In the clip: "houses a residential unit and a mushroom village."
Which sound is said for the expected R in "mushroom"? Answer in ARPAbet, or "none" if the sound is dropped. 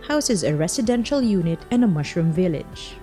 R